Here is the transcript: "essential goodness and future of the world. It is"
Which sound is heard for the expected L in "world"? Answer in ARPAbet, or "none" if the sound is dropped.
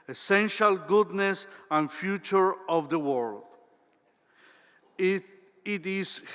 L